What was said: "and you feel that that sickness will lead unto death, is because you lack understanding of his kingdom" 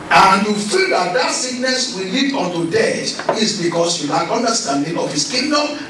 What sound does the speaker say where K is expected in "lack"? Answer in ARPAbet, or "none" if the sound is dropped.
none